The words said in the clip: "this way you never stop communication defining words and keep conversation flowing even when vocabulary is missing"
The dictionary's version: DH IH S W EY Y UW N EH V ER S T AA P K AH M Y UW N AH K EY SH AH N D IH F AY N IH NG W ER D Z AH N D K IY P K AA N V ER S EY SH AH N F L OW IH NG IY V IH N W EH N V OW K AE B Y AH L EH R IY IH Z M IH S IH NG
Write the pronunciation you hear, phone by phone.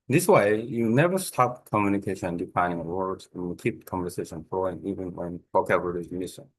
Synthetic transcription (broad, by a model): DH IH S W EY Y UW N EH V ER S T AA P K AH M Y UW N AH K EY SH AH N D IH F AY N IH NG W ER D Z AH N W K IY P K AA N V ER S EY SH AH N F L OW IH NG IY V IH N W EH N W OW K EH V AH R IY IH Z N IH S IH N